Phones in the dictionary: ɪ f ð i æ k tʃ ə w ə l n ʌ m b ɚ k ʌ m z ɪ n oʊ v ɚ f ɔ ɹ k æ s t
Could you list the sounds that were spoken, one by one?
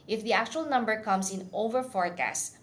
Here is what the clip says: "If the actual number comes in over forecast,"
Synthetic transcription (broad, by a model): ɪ f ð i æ k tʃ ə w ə l n ʌ m b ɚ k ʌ m s ɪ n oʊ v ɚ f ɔ ɹ k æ s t